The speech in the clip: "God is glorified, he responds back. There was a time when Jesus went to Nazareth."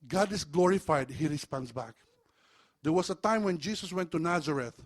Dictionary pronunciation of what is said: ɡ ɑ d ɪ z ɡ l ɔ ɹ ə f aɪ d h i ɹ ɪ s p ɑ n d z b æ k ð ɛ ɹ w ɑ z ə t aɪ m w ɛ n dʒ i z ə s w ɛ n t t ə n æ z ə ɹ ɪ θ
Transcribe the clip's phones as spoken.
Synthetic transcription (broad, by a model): ɡ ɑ d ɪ s ɡ l ɔ ɹ ə f aɪ d h i ɹ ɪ s p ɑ n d s b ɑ k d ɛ ɹ w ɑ s ə t aɪ m w ɛ n dʒ i s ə s w ɛ n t t ə n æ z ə ɹ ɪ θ